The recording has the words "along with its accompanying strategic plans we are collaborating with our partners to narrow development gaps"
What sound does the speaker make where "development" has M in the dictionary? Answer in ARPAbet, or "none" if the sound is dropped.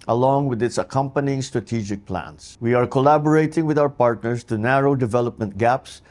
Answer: M